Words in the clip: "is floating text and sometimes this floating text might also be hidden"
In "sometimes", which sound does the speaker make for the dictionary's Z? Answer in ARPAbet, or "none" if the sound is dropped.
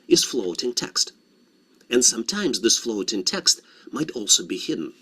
Z